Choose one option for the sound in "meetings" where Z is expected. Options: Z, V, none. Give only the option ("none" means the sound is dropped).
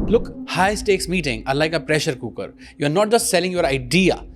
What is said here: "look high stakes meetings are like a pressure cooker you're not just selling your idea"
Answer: none